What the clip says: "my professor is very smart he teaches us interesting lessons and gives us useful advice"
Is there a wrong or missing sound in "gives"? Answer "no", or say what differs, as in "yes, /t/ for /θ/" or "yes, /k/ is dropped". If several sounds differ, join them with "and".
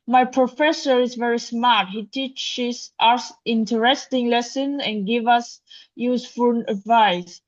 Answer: yes, /z/ is dropped